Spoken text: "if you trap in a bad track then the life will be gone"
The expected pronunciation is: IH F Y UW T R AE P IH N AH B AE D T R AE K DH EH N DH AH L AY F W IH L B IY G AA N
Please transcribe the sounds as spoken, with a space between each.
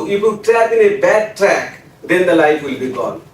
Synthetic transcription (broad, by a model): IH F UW T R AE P IH N AH B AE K T R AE K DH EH N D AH L AY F W IH L B IY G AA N